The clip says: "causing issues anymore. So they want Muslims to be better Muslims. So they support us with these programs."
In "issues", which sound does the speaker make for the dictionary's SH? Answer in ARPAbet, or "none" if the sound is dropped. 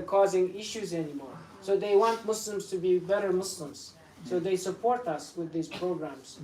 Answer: SH